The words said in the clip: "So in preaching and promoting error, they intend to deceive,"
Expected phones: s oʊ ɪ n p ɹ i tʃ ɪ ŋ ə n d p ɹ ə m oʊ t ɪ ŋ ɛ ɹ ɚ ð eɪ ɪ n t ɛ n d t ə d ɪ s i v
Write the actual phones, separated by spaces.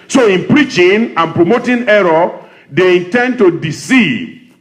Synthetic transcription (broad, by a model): s oʊ ɪ n p ɹ i tʃ ɪ ŋ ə n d p ɹ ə m oʊ t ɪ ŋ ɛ ɹ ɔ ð eɪ ɪ n t ɛ n d t ə d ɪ s i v